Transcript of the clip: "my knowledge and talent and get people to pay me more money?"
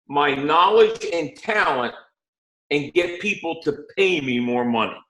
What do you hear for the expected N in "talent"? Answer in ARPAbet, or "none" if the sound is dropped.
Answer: N